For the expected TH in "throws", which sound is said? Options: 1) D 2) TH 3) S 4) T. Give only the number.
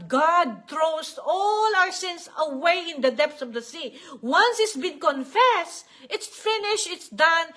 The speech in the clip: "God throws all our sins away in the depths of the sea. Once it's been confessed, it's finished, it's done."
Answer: 4